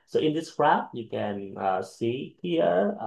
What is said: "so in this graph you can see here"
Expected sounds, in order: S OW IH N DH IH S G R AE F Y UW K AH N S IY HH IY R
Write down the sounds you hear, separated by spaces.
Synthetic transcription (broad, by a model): S OW IH N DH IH S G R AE P Y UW K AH N S IY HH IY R